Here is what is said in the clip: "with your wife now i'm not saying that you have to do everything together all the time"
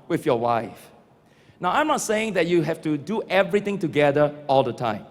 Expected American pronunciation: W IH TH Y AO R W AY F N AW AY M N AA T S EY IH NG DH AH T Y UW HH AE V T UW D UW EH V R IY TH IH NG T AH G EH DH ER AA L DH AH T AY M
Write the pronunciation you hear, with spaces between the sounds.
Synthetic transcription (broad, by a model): W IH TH Y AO W AY F N AW AY M N AA T S EY IH NG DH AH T Y UW HH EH F T UW D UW EH V R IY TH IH NG T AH G EH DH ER AA L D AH T AY M